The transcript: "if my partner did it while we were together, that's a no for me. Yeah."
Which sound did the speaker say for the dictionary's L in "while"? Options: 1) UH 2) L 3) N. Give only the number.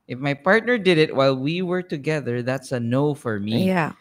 2